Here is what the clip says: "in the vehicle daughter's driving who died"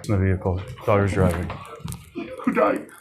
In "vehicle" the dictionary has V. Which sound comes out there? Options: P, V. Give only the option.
V